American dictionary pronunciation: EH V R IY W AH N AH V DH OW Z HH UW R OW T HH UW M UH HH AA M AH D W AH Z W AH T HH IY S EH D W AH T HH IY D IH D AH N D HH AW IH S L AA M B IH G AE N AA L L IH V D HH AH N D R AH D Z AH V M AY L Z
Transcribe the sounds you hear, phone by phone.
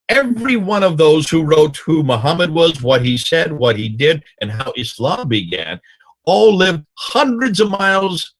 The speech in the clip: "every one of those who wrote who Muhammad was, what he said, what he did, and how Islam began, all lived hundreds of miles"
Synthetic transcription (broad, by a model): EH V R IY W AH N AH V DH OW Z HH UW R OW T HH UW M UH HH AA M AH D W AH Z W AH T HH IY S EH D W AH T HH IY D IH D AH N HH AW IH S L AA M B IH G AE N AA L L IH V D HH AH N D R AH D Z AH V M AY L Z